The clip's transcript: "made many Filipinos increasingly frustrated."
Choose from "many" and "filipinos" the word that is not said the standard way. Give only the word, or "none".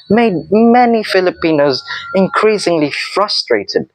none